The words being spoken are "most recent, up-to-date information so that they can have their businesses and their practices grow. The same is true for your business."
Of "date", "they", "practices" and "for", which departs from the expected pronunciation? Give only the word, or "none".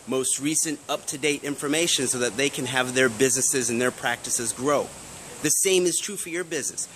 none